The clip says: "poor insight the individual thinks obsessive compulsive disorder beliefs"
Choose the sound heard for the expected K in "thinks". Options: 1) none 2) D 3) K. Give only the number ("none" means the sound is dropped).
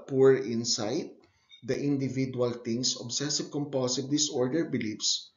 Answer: 1